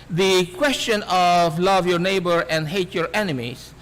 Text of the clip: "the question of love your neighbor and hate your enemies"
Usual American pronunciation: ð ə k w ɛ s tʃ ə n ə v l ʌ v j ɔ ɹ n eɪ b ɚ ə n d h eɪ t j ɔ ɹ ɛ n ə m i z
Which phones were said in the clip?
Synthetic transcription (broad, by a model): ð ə k w ɛ s tʃ ə n ə v l ʌ v j ɔ ɹ n eɪ b ɚ ə n d h eɪ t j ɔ ɹ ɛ n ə m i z